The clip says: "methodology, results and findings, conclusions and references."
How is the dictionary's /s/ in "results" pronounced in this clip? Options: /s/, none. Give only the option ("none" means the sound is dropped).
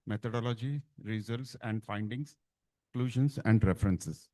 /s/